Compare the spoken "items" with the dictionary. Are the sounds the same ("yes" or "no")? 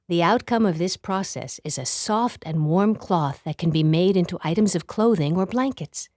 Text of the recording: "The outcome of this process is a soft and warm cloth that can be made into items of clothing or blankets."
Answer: yes